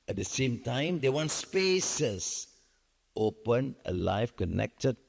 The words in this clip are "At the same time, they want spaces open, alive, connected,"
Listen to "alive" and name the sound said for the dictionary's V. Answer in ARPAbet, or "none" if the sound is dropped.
F